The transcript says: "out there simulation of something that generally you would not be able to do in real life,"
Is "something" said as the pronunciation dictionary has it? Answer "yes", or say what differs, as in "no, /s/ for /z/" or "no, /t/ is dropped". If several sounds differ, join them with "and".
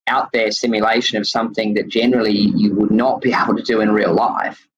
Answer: yes